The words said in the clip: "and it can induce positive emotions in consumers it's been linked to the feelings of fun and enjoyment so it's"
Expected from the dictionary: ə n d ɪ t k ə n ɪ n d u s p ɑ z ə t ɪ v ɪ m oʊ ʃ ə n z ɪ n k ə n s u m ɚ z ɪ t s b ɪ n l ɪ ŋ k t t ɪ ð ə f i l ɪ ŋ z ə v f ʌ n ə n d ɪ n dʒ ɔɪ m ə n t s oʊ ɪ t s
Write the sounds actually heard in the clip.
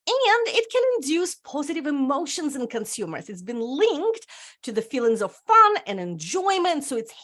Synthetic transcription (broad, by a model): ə n d ɪ t k ə n ɪ n d u s p ɑ z ə t ɪ v ɪ m oʊ ʃ ə n z ɪ n k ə n s u m ɚ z ɪ t s b ɪ n l ɪ ŋ k t t ɪ ð ə f i l ɪ ŋ z ə v f ʌ n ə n ɪ n dʒ ɔɪ m ə n t s oʊ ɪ t s